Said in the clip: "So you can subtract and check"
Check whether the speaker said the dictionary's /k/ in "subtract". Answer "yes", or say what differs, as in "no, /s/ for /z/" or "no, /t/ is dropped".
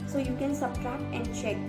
no, /k/ is dropped